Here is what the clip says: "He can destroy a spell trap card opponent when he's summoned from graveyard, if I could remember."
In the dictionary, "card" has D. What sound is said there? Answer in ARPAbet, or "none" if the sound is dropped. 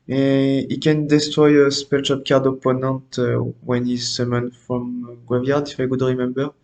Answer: D